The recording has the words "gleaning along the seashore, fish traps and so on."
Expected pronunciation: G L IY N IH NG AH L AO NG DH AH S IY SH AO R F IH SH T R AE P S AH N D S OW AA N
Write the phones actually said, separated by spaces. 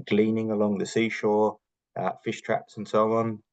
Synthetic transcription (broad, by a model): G L IY N IH NG AH L AO NG DH AH S IY SH AO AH F IH SH T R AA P S AH N S OW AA N